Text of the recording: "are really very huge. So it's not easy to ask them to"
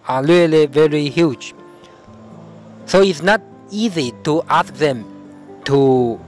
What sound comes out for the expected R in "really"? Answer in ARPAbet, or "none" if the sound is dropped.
L